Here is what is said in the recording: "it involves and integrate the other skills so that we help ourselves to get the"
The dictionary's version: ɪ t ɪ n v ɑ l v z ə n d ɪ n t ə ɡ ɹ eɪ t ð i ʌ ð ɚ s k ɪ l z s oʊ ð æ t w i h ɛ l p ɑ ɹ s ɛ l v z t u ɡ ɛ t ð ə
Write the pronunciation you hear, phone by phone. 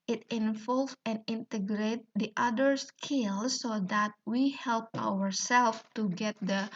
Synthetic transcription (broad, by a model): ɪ t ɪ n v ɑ l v ə n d ɪ n t ə ɡ ɹ eɪ t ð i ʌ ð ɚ s k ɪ l s oʊ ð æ t w i h ɛ l p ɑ ɹ s ɛ l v t u ɡ ɛ t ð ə